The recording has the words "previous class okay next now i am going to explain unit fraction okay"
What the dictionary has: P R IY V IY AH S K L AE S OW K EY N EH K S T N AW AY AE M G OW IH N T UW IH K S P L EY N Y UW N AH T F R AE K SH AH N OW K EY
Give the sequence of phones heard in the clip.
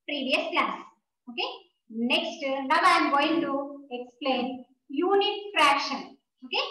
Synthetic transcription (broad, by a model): P R IY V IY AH S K L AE S OW K EY N EH K S T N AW AY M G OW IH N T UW IH K S P L EY N Y UW N AH T F R AE K SH AH N OW K EY